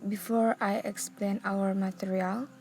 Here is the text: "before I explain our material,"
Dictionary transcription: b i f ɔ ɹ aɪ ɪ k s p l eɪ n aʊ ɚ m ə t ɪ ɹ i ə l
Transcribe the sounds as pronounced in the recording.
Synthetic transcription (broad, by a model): b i f ɔ ɹ aɪ ɪ k s p l eɪ n aʊ ɚ m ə t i ɹ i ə l